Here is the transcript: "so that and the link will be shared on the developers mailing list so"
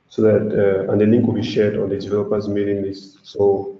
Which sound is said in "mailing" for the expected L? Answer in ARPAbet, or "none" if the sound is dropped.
N